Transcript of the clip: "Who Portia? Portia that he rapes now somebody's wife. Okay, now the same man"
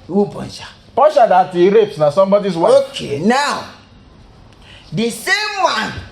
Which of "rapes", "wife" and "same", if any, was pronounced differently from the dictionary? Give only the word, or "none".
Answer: wife